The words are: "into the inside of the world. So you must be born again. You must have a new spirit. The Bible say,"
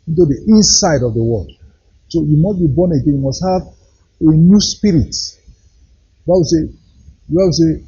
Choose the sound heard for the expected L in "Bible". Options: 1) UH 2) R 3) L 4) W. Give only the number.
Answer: 4